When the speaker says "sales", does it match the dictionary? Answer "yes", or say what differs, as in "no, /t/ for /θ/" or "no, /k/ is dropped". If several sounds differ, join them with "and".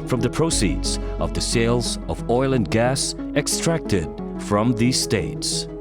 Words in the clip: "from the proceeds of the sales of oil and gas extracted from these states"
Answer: yes